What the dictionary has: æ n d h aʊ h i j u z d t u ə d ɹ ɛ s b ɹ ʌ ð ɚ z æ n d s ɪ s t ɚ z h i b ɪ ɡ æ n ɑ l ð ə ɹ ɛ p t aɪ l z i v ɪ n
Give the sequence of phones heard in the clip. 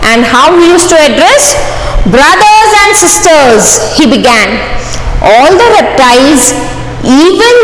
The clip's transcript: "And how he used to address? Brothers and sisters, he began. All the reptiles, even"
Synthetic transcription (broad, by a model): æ n d h aʊ h i j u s t u ə d ɹ ɛ s b ɹ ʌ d ɚ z æ n d s ɪ s t ɚ z h i b ɪ ɡ æ n ɑ l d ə ɹ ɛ p t aɪ z i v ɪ n